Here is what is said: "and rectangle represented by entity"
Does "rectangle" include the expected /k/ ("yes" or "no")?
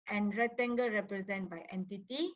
no